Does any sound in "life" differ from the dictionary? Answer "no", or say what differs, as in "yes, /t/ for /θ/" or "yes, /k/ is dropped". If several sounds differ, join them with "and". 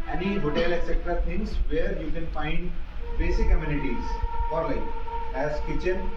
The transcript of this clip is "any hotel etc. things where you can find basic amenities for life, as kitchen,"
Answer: yes, /f/ is dropped